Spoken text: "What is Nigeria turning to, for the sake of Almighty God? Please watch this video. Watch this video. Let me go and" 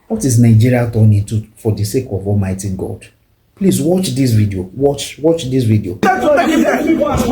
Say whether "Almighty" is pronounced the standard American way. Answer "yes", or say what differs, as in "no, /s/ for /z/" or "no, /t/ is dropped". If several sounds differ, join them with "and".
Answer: yes